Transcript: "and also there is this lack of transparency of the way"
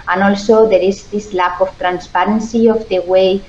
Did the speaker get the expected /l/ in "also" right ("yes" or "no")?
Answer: yes